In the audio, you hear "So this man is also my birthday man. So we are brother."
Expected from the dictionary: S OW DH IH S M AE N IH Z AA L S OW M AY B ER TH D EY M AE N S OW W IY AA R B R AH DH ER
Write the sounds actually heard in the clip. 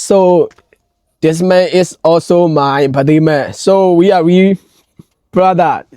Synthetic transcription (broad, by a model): S OW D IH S M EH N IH S AA L S OW M AY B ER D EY M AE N S OW W IY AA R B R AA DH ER